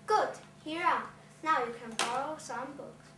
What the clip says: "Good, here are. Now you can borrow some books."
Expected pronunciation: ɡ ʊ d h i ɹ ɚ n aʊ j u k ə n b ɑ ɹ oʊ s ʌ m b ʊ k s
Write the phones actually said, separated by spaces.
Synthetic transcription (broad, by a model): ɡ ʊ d h i ɹ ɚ n aʊ j u k ə n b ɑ l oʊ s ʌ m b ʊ k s